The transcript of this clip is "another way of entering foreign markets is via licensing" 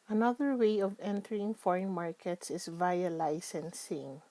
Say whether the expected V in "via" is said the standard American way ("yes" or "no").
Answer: yes